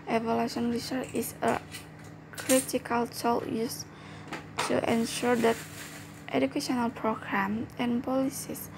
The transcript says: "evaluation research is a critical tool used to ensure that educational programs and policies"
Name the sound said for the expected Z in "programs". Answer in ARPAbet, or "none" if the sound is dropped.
none